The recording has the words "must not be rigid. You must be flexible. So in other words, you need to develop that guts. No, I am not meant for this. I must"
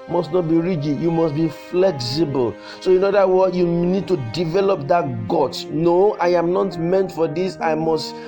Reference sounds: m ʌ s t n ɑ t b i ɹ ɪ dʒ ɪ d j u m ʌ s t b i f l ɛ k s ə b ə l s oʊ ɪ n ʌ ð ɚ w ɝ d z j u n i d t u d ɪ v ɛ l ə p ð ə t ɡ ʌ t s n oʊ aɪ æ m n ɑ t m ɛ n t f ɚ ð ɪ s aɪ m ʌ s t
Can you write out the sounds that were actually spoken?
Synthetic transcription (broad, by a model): m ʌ s t n ɑ t b i ɹ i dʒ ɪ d j u m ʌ s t b i f l ɛ k s ə b ə l s oʊ ɪ n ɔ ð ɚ w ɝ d j u n i d t u d ɪ v ɛ l ə p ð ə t ɡ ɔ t n oʊ aɪ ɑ m n ɑ t m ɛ n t f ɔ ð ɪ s aɪ m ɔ s t